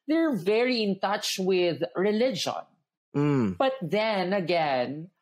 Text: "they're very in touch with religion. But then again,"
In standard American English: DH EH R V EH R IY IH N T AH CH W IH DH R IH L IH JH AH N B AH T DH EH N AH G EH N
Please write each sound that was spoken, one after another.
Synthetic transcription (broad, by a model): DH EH R V EH R IY IH N T AH CH W IH DH R IH L IH JH AH N B AH T DH EH N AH G EH N